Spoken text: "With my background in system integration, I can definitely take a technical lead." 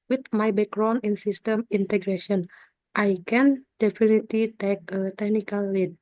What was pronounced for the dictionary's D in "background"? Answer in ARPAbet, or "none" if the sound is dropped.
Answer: none